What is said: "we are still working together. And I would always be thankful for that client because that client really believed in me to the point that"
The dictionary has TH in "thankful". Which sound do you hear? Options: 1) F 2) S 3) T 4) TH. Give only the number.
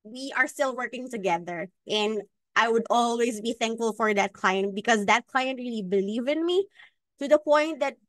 4